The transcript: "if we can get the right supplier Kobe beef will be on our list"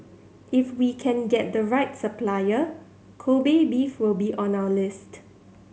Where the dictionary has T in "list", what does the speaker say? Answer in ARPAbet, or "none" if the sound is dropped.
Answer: T